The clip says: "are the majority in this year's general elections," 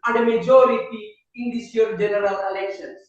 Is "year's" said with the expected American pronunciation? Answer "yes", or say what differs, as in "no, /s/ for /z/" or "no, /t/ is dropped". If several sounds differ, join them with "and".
no, /z/ is dropped